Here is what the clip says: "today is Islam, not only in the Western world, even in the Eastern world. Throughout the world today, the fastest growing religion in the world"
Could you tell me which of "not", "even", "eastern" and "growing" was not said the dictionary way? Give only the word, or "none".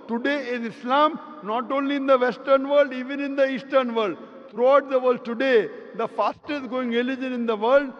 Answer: growing